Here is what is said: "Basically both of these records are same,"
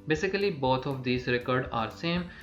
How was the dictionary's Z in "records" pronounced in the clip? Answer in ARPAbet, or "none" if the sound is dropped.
none